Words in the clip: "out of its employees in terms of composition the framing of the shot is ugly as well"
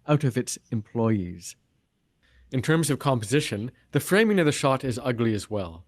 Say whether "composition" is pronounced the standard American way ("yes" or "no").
yes